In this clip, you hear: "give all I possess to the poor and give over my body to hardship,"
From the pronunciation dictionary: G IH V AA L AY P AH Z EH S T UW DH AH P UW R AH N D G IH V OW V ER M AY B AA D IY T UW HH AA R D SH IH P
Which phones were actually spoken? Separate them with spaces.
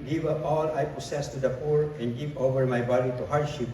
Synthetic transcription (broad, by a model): G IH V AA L AY P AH S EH S T UW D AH P UW R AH N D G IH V OW V ER M AY B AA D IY T UW HH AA R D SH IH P